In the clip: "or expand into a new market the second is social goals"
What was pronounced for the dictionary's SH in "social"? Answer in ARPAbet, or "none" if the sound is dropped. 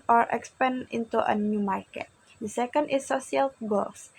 none